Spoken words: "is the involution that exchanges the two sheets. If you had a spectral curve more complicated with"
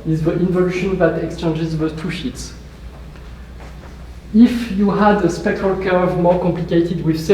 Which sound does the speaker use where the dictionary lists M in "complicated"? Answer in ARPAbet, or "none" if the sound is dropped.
M